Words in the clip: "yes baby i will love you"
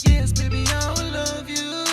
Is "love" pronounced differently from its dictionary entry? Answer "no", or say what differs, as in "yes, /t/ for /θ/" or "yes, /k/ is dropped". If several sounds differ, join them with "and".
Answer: no